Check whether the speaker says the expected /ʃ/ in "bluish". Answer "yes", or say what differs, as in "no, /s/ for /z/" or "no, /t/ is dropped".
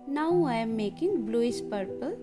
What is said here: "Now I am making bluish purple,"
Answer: no, /s/ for /ʃ/